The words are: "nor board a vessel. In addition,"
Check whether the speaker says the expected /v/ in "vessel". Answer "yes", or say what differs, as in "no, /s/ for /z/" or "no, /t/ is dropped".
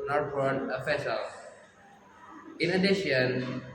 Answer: no, /f/ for /v/